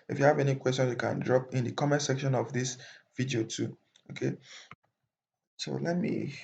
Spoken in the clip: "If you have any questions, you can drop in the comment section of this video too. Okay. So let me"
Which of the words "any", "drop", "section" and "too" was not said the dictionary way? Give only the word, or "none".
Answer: none